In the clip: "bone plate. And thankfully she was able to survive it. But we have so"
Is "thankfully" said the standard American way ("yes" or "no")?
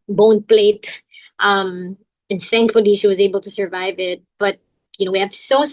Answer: yes